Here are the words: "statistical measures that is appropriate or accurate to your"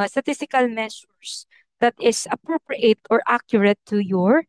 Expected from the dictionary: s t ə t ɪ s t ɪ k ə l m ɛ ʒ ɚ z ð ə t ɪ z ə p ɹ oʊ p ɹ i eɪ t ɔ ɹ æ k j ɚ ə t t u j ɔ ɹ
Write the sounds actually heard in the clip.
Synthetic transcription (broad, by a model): s t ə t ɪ s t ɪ k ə l m ɛ s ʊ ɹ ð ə t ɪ s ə p ɹ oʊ p ɹ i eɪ t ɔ ɹ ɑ k j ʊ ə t t u j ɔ ɹ